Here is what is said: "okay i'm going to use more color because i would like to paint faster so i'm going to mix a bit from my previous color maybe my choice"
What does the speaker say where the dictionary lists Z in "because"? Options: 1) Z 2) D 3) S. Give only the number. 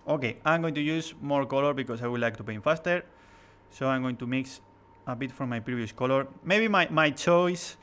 3